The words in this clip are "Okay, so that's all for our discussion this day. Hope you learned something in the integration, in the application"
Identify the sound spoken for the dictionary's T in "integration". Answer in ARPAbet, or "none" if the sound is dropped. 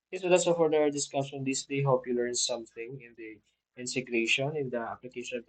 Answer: S